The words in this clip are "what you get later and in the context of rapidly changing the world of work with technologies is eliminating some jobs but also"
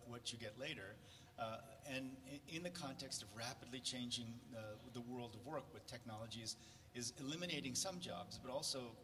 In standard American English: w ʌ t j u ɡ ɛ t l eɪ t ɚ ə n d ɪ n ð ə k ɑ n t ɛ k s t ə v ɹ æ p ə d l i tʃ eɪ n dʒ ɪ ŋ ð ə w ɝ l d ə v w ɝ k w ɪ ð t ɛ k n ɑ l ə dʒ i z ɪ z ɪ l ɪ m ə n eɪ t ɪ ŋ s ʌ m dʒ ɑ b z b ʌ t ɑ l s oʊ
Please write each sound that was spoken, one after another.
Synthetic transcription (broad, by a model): w ʌ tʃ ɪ ɡ ɛ t l eɪ t ɚ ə n ɪ n ð ə k ɑ n t ɛ k s t ə v ɹ æ p ə d l i tʃ eɪ n dʒ ɪ ŋ ð ə w ɝ l d ə v w ɝ k w ɪ ð t ɛ k n ɑ l ə dʒ i z ɪ z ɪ l ɪ m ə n eɪ t ɪ ŋ s ʌ m dʒ ɑ b z b ʌ t ɑ l s oʊ